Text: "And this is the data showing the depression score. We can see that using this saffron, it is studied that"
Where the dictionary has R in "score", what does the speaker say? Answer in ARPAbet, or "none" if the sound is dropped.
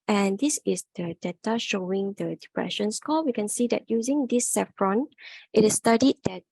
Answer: L